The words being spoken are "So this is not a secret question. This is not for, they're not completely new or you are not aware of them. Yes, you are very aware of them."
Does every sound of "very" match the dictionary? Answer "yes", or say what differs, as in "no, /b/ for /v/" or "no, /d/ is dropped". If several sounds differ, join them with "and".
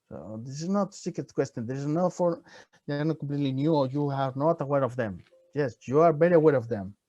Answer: no, /b/ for /v/